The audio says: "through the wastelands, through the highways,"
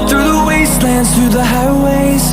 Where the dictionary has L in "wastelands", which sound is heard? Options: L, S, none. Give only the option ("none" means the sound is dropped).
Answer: L